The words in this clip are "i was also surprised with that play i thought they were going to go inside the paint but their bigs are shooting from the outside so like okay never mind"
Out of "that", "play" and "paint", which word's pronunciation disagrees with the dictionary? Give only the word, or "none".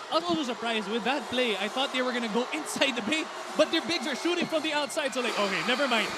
paint